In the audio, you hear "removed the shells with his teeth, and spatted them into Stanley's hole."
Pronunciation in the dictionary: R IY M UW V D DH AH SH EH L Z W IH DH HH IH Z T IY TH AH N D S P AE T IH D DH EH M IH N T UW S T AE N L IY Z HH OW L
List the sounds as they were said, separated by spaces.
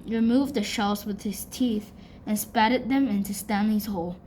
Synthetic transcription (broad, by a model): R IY M UW V D DH AH SH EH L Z W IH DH HH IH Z T IY TH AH N S P AE T IH D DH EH M IH N T UW S T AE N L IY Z HH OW L